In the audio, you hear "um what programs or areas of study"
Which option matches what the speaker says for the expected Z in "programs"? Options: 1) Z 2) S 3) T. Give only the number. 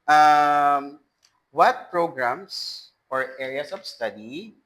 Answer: 2